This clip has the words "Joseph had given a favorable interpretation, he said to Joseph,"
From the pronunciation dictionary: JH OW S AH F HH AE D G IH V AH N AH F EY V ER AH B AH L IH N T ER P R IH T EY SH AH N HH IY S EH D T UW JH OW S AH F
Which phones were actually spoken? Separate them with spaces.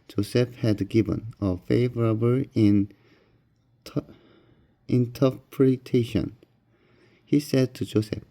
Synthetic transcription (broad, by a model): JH OW S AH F HH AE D G IH V AH N AH F EY V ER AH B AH N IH N T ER P R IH T EY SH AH N HH IY S EH D T UW JH OW S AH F